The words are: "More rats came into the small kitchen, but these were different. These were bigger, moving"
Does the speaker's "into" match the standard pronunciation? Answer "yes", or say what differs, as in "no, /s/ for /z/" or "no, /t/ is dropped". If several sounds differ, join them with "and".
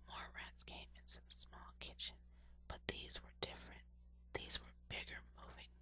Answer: no, /s/ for /t/